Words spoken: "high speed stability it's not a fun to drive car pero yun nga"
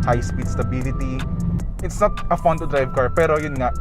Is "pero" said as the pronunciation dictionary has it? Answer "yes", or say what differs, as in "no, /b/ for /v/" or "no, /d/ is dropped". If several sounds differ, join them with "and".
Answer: yes